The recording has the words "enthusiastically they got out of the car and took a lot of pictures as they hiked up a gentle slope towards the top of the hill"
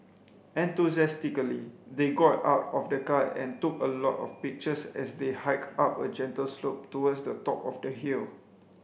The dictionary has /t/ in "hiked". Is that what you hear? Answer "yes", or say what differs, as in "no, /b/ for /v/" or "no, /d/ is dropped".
no, /t/ is dropped